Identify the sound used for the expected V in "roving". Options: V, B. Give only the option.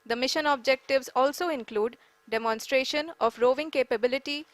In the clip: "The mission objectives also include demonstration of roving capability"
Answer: V